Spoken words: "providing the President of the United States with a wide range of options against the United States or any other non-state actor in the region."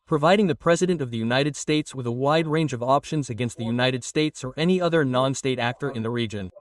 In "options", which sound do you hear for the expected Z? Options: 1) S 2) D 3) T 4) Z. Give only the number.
4